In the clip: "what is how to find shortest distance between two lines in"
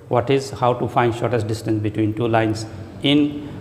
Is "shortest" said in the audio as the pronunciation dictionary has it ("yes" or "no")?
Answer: yes